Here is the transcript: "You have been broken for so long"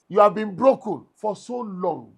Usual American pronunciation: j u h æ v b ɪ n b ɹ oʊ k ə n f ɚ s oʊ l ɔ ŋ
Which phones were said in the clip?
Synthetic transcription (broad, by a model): j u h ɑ v b ɪ n b ɹ oʊ k ə n f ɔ s oʊ l ɔ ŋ